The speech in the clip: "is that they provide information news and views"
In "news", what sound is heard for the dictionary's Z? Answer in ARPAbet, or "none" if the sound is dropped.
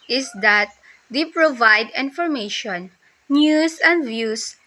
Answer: S